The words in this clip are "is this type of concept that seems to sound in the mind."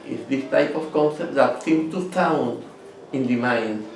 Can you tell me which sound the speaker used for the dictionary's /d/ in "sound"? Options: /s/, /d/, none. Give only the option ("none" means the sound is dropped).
none